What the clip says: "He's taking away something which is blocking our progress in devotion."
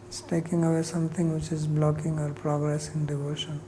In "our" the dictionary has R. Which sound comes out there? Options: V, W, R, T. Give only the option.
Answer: R